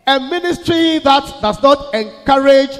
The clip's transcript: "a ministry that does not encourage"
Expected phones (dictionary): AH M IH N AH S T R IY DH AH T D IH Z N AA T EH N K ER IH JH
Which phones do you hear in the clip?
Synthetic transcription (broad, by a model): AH M IH N AH S T R IY DH AH T D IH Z N AA T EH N K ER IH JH